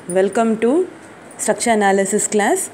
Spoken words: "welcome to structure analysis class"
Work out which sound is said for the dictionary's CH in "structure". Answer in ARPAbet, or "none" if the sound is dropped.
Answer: SH